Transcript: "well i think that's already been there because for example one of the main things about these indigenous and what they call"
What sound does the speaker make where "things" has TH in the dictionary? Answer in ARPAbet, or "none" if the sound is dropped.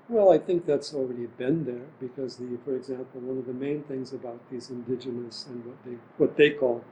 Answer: TH